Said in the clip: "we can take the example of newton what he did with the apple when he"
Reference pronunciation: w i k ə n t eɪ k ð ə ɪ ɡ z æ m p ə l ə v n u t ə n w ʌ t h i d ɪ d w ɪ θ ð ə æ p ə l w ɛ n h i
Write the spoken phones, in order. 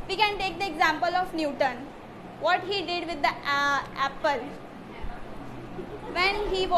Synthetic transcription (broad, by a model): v i k ə n t eɪ k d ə ɪ ɡ z æ m p ə l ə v n u t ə n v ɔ t h i d ɪ d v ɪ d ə æ p ə l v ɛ n h i